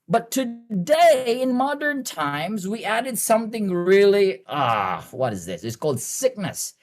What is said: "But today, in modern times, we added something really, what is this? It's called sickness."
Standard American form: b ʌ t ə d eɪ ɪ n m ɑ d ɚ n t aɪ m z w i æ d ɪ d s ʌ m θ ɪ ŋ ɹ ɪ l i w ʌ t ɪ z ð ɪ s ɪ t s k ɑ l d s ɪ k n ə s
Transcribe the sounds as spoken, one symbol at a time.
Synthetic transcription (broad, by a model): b ʌ t ə d eɪ ɪ n m ɑ d ɚ n t aɪ m z w i æ d ɪ d s ʌ m θ ɪ ŋ ɹ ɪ l i w ʌ t ɪ z ð ɪ s ɪ t s k ɑ l d s ɪ k n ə s